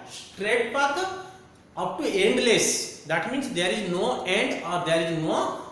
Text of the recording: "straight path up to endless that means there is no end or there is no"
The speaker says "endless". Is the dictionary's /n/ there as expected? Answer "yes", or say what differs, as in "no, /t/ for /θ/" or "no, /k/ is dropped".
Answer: yes